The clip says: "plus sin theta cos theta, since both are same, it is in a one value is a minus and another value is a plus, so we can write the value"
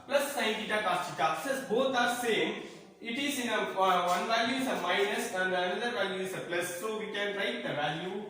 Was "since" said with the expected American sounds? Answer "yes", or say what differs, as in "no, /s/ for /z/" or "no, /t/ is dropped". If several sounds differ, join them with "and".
no, /n/ is dropped